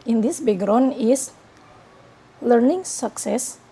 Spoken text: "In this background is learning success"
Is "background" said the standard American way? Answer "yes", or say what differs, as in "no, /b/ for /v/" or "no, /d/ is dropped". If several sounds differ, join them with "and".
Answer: no, /k/ is dropped and /d/ is dropped